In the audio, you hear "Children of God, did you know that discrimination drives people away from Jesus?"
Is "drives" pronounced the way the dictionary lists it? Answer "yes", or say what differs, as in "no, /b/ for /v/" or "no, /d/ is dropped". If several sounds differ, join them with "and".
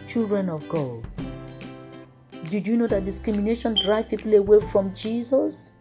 no, /z/ is dropped